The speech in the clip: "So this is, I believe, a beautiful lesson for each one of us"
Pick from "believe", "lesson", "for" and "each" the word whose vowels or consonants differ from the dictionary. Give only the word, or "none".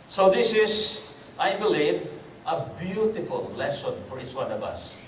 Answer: each